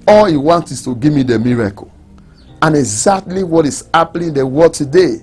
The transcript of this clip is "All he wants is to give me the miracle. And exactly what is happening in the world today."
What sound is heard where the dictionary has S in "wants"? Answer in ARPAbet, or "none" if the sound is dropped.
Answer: none